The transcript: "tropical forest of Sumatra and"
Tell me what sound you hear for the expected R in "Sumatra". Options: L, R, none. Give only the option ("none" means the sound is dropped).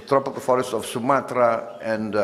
R